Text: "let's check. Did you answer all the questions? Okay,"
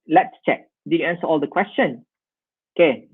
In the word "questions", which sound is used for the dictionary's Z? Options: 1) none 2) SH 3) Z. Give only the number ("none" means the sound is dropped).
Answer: 1